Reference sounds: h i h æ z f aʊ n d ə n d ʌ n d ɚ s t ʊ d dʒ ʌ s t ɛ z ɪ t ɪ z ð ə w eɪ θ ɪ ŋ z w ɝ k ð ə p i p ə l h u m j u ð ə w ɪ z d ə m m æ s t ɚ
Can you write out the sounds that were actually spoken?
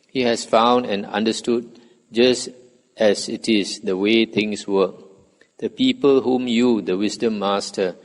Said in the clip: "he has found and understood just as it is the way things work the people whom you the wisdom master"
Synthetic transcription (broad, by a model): h i h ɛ s f aʊ n d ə n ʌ n d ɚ s t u d dʒ ʌ s t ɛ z ɪ t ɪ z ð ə w eɪ t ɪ ŋ s w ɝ k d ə p i p ə l h u m j u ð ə w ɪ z d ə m m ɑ s t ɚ